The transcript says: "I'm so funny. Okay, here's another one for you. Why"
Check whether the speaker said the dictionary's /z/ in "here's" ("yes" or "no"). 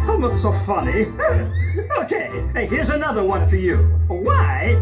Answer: yes